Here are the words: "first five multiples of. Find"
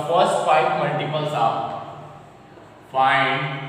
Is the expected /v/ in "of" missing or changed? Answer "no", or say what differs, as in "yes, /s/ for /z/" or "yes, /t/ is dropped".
yes, /p/ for /v/